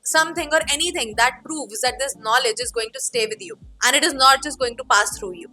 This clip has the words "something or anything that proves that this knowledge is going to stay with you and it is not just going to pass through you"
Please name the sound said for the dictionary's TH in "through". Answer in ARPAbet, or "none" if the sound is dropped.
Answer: T